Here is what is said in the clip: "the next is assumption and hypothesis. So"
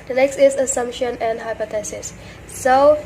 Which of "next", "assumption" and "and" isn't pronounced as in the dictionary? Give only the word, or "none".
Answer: none